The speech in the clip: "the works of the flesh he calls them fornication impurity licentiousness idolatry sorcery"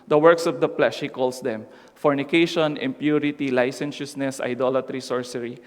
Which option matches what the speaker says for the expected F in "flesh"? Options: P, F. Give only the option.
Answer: P